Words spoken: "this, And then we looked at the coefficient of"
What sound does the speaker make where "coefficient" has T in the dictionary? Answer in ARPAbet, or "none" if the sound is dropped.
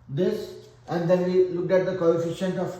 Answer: T